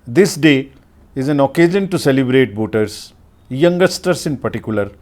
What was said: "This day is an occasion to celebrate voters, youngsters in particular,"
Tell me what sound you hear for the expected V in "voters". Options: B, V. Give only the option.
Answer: B